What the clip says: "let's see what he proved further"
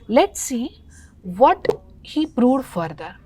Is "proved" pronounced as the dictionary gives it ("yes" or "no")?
no